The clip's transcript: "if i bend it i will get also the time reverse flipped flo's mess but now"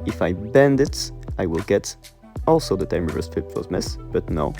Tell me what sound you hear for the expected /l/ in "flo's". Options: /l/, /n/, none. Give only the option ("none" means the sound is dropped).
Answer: none